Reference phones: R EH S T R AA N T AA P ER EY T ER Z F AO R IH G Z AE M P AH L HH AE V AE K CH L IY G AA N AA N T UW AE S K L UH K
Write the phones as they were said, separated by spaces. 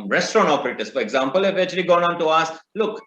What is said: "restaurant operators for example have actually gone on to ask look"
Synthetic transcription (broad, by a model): R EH S T R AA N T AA P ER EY T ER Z F AO R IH G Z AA M P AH L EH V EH CH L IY G AA N AA N T UW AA S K L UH K